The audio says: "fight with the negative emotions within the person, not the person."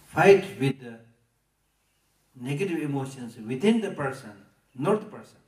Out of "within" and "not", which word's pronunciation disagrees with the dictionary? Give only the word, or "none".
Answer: within